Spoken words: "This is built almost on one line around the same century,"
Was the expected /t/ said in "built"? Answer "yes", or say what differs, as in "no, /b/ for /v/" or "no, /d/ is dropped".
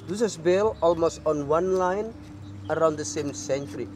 no, /t/ is dropped